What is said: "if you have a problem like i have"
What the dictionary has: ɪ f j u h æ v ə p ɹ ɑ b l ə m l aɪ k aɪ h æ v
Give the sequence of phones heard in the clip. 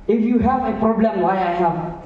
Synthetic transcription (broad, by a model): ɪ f j u h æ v ə p ɹ ɑ b l ə m w aɪ aɪ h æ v